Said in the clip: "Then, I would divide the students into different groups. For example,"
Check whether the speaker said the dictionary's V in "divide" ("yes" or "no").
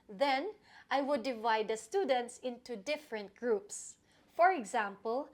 yes